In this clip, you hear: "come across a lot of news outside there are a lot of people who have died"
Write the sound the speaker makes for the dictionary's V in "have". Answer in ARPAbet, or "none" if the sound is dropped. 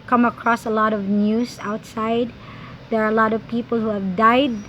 V